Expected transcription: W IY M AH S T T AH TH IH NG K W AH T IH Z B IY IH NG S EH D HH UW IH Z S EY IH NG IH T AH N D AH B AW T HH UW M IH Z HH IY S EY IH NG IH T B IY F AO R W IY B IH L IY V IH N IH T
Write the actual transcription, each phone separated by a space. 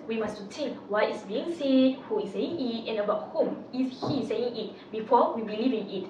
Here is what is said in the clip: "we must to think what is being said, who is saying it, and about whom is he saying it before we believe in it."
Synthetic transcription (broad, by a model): W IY M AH S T T AH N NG W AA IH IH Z B IY IH NG S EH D HH UW IH Z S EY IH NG IH T AH N D AH B AW T HH UW M IH Z HH IY S EY IH NG IH T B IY F AO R W IY B IH L IY V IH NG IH T